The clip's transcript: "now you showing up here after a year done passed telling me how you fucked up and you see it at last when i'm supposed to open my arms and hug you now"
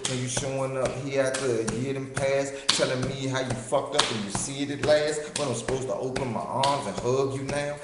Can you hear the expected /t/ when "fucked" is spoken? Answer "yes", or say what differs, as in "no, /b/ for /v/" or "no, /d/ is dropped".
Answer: no, /t/ is dropped